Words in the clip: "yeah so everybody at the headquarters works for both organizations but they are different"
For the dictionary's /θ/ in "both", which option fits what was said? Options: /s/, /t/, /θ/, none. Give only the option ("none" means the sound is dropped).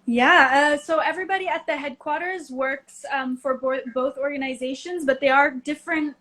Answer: /θ/